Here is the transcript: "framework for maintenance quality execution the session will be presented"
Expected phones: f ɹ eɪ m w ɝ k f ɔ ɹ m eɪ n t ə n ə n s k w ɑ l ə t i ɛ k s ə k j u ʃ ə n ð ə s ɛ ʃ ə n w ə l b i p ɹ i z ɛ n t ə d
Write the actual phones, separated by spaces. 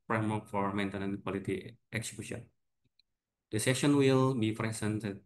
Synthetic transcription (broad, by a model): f ɹ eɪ m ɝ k f ɔ ɹ m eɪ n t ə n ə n k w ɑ l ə t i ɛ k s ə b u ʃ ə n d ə s ɛ ʃ ə n w ə l b i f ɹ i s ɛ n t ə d